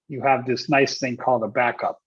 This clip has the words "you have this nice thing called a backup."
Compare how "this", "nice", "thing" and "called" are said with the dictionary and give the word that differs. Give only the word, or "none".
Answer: none